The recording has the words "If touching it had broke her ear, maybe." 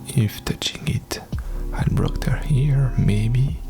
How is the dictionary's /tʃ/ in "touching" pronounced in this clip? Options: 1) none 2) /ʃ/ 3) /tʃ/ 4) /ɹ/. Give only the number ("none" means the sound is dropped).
3